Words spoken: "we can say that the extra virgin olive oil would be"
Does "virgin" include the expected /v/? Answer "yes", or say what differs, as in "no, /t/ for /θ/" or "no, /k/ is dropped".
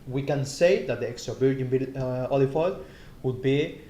no, /b/ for /v/